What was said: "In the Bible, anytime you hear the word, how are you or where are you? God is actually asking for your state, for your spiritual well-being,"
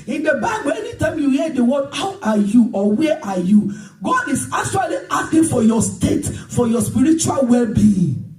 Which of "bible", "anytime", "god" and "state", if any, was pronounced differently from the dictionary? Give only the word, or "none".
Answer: none